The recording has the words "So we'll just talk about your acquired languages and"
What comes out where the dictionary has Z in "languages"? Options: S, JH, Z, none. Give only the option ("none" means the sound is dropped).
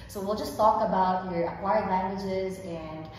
Z